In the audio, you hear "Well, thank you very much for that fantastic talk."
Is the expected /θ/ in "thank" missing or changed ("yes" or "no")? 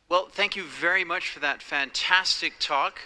no